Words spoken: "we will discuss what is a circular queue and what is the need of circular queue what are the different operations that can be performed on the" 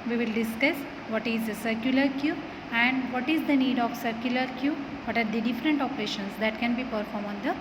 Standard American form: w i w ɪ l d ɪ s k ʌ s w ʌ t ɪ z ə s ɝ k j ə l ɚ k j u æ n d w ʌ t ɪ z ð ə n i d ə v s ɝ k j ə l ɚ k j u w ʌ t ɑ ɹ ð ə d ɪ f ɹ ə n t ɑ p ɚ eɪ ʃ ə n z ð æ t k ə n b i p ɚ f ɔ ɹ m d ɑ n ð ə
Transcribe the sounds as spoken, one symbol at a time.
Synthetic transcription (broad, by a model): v i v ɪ l d ɪ s k ʌ s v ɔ t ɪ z ə s ɝ k j ə l ɚ k j u æ n d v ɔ t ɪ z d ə n i d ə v s ɝ k j ə l ɚ k j u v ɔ t ɑ ɹ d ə d ɪ f ɹ ə n t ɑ p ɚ eɪ ʃ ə n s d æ t k ə n b i p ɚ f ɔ ɹ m ɑ n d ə